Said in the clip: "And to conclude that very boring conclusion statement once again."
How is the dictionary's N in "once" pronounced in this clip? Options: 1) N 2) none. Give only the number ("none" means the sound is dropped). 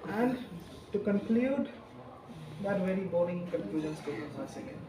2